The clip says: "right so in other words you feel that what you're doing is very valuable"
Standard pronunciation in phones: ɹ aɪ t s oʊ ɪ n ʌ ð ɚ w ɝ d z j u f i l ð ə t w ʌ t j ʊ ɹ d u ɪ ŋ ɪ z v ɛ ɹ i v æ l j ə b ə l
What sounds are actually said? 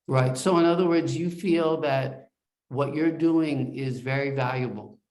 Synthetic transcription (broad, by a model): ɹ aɪ t s oʊ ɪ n ʌ ð ɚ w ɝ d z j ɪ f i l ð ə t w ʌ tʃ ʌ ɹ d u ɪ ŋ ɪ z v ɛ ɹ i v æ l j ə b l